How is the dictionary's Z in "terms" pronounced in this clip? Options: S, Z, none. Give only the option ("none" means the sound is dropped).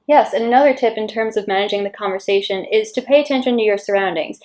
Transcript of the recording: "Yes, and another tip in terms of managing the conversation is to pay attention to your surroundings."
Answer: Z